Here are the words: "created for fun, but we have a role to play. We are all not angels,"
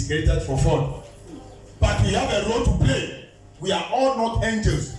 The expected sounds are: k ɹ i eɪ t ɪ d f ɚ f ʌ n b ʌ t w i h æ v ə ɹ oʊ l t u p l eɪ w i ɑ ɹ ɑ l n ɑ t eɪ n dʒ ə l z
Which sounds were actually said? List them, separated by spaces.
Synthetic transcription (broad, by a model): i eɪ t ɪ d f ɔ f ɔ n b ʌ t w i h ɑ v ə ɹ oʊ l t u p l eɪ w i ɑ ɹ ɑ l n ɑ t eɪ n dʒ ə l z